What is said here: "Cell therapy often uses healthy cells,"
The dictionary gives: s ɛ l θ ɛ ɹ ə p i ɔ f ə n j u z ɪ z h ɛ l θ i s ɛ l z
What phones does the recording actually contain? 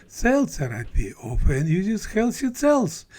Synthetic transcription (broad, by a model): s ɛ l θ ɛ ɹ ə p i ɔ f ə n j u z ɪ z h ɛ l s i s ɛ l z